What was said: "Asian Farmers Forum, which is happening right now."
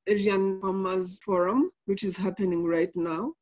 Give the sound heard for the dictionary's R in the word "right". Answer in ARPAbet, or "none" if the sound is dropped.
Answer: R